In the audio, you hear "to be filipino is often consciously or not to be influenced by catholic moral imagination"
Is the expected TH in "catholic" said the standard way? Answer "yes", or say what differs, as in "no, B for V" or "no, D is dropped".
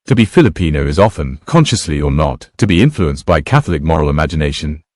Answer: yes